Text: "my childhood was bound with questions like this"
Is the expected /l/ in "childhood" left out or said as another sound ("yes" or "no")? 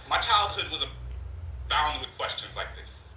no